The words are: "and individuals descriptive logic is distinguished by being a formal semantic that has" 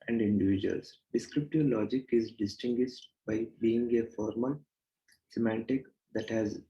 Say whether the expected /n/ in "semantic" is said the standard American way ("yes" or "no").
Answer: yes